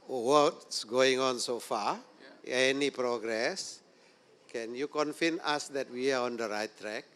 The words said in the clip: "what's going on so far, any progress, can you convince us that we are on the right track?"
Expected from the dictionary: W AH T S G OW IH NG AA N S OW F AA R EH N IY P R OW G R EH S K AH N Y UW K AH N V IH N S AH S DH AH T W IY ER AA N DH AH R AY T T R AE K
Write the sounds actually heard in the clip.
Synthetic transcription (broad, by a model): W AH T S G OW IH NG AA N S OW F AA EH N IY P R OW G R EH S K AH N Y UW K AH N F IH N AA S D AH T W IY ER AA N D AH R AY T T R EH K